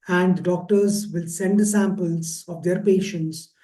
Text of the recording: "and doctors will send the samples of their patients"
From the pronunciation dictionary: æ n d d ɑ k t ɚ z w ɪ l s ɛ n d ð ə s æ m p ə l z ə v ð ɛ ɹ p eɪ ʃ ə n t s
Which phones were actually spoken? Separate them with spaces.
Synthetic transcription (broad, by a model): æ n d d ɑ k t ɚ z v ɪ l s ɛ n d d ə s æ m p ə l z ə v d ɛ ɹ p eɪ ʃ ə n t s